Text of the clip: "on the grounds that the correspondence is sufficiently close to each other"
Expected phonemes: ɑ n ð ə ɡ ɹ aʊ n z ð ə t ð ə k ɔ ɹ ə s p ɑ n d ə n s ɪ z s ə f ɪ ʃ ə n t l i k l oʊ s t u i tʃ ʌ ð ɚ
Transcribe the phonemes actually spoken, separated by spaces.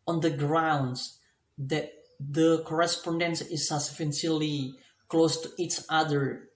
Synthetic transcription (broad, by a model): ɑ n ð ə ɡ ɹ aʊ n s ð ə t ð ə k ɔ ɹ ə s p ɑ n d ə n s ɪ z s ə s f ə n s l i k l oʊ s t u i tʃ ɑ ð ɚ